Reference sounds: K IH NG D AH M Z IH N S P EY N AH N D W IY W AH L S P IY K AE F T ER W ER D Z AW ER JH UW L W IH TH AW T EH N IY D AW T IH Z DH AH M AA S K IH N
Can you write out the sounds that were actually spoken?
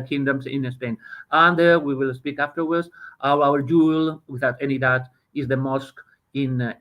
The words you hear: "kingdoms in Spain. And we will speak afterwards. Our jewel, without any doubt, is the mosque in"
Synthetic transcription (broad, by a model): K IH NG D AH M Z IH N S P EY N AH N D W IY W AH L S P IY K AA F T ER W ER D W AW ER JH UW L W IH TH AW T EH N IY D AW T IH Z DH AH M AA S K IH N